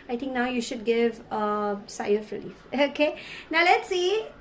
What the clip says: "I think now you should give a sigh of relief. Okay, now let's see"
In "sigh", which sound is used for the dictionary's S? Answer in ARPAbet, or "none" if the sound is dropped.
S